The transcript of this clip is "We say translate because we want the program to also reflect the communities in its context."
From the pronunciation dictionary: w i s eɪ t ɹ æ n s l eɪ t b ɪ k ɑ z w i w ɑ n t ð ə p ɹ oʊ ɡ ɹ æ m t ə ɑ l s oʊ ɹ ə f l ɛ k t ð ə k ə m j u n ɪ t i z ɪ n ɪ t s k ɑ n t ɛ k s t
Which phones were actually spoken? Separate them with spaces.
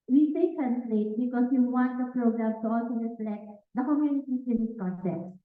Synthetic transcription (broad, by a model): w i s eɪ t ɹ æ n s l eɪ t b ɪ k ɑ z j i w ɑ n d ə p ɹ oʊ ɡ ɹ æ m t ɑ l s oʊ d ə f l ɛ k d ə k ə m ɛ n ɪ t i s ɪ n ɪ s k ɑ n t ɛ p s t